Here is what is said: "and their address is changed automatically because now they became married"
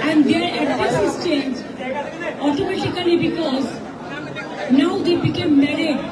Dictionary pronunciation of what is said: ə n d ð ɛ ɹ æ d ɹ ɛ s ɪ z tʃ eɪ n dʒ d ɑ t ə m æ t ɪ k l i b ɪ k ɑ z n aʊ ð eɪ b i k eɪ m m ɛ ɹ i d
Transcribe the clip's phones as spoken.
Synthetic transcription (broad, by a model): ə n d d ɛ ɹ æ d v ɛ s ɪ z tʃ eɪ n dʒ ɑ t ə m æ t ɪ k l i b ɪ k ɑ z n aʊ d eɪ b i k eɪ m m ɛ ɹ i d